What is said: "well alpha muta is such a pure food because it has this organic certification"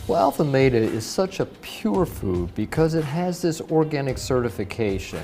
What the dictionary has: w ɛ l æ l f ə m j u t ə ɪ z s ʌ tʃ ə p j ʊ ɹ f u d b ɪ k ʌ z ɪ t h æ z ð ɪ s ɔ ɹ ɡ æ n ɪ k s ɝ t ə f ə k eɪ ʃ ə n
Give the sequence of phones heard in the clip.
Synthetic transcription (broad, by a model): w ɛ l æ l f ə m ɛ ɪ t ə ɪ z s ʌ tʃ ə p j ʊ ɹ f u d b ɪ k ʌ z ɪ t h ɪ z ð ɪ s ɔ ɹ ɡ æ n ɪ k s ɝ t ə f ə k eɪ ʃ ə n